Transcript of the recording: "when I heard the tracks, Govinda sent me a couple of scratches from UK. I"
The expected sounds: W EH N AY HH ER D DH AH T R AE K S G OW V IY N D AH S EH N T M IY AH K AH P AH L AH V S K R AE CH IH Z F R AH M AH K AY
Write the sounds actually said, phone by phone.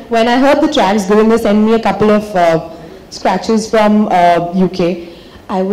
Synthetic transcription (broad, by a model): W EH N AY HH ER D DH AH T R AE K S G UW IH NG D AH S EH N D M IY AH K AH P AH L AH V S K R AE CH IH Z F R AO M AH K AY